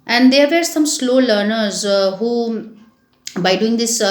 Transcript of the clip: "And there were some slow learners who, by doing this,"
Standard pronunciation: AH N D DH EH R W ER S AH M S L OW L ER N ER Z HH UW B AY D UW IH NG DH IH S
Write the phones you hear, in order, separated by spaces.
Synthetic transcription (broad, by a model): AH N D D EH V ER S AH M S L OW L ER N ER Z HH UW B AY D UW IH NG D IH S